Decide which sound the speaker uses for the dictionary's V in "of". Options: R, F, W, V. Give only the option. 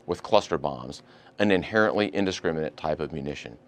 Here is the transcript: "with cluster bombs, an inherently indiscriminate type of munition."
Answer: V